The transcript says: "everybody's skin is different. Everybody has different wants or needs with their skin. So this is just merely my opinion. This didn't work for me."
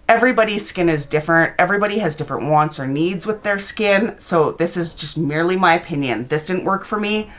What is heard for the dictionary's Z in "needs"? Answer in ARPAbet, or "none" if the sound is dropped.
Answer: Z